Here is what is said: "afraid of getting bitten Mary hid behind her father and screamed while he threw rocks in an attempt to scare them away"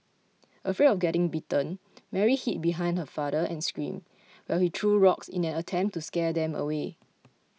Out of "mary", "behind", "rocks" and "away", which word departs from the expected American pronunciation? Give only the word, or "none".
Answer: none